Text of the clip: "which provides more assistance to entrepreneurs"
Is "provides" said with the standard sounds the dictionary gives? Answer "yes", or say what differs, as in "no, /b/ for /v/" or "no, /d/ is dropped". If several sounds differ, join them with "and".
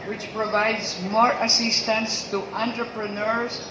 yes